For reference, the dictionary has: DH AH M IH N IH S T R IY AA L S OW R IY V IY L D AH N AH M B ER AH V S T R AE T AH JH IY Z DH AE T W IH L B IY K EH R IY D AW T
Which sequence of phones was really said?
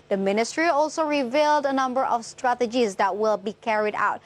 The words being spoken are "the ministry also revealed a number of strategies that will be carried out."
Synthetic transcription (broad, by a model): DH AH M IH N IH S T R IY AA L S OW R IY V IY L D AH N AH M B ER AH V S T R AE T AH JH IY Z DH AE T W IH L B IY K EH R IY D AW T